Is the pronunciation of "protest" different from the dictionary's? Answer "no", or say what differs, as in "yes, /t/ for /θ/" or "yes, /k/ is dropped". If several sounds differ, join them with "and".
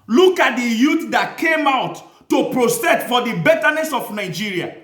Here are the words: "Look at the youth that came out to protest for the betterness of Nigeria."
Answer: yes, /s/ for /t/ and /s/ is dropped